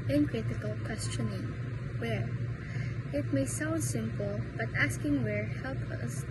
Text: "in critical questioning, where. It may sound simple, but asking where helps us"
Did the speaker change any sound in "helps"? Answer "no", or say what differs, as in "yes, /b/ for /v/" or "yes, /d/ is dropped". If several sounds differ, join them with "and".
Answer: yes, /s/ is dropped